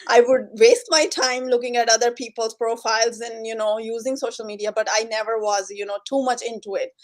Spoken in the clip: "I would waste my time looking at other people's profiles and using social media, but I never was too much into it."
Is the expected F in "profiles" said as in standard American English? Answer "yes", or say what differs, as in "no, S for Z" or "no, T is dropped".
yes